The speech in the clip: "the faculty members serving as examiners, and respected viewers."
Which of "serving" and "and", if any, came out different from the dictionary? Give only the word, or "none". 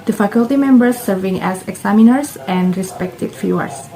none